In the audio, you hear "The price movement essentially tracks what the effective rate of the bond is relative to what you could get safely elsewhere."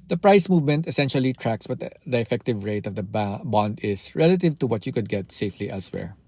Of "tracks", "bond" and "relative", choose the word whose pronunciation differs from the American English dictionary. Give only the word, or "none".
none